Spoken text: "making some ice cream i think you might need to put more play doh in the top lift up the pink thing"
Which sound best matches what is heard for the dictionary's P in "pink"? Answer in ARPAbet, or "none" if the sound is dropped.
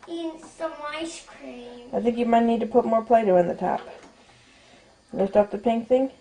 P